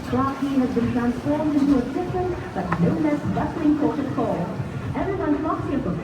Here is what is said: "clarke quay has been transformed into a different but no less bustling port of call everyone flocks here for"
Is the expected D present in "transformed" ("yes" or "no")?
yes